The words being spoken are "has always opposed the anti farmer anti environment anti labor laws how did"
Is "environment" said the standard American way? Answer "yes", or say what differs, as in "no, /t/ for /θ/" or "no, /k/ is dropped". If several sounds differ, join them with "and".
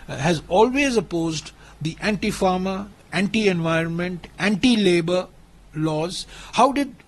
yes